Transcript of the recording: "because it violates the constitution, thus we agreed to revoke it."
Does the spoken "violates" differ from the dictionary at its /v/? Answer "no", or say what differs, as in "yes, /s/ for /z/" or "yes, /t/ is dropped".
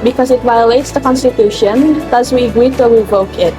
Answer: no